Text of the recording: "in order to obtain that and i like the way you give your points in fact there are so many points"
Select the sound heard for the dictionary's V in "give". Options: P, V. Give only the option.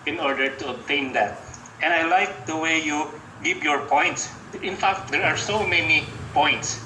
P